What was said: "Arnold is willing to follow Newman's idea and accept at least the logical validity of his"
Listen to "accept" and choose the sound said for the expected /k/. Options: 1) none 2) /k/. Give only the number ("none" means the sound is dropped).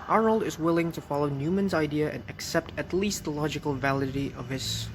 2